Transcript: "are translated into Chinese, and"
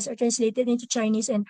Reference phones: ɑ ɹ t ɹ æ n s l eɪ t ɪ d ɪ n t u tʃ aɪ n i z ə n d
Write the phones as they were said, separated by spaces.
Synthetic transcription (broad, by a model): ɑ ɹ t ɹ æ n s l eɪ t ɪ d ɪ n t u tʃ aɪ n i s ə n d